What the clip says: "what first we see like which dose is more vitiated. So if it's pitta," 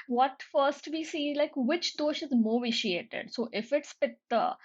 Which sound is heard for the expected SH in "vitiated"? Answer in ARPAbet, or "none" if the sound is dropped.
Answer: SH